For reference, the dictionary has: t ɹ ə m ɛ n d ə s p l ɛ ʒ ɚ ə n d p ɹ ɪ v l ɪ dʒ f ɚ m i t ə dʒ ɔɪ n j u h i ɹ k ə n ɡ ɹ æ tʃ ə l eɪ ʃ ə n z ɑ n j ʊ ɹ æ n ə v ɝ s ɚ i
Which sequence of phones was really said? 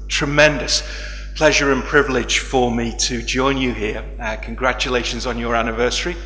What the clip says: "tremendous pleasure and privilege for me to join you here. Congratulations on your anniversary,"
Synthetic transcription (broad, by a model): t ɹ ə m ɛ n d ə s p l ɛ ʒ ɚ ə n p ɹ ɪ v l ɪ dʒ f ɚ m i t ə dʒ ɔɪ n j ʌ h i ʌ k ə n ɡ ɹ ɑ tʃ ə l eɪ ʃ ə n z n j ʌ ɹ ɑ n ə v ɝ s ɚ i